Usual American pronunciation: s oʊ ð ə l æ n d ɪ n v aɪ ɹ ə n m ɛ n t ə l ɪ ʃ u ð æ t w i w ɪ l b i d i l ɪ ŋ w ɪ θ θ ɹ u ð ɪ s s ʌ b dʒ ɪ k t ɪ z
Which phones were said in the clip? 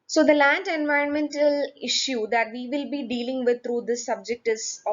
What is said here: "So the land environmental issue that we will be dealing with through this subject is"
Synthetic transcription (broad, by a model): s oʊ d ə l æ n d ɪ n v aɪ ɹ ə n m ɛ n t ə l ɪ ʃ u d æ t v i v ɪ l b i d i l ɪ ŋ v ɪ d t ɹ u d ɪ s s ʌ b dʒ ɪ k t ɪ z